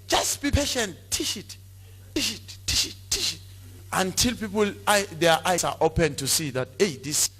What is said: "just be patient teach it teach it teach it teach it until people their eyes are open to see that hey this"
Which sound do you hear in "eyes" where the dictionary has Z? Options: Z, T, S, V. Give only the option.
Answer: S